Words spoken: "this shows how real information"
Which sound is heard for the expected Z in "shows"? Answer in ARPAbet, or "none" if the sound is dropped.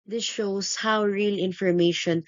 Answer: S